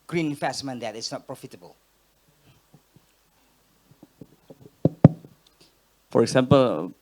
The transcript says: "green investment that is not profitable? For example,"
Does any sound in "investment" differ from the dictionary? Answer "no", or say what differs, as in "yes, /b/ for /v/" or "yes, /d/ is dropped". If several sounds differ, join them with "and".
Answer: yes, /f/ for /v/